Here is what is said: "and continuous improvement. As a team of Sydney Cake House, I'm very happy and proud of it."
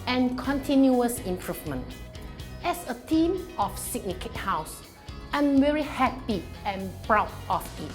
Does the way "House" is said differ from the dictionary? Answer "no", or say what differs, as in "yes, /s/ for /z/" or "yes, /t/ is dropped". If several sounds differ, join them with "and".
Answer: no